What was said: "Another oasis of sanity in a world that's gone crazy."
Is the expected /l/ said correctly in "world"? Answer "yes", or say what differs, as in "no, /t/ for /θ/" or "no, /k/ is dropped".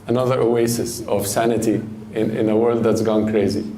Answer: yes